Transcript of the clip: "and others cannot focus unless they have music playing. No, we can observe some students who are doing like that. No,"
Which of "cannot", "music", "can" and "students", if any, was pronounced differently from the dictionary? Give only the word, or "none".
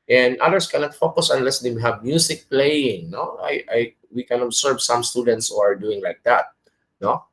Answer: music